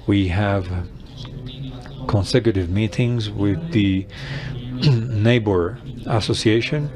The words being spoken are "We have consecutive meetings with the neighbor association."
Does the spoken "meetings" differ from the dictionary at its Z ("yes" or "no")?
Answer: no